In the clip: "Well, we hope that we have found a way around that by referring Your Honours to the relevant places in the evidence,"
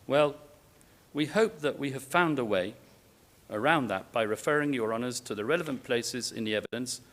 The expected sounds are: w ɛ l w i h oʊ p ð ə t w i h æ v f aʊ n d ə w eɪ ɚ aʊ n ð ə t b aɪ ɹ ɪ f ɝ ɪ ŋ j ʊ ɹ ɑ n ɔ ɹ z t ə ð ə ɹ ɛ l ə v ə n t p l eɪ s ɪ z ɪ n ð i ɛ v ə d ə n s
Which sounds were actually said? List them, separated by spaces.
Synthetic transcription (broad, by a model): w ɛ l w i h oʊ p ð ə t w i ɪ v f aʊ n d ə w eɪ ɚ aʊ n ð ə t b aɪ ɹ ɪ f ɝ ɪ ŋ j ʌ ɹ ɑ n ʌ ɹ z t ə ð ə ɹ ɛ l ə v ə n p l eɪ s ɪ z ɪ n ð i ɛ v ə d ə n s